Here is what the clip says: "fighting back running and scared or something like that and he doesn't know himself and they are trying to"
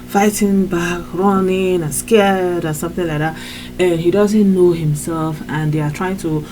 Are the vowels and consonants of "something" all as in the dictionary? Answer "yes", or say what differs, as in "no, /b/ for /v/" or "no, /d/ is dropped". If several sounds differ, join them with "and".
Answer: yes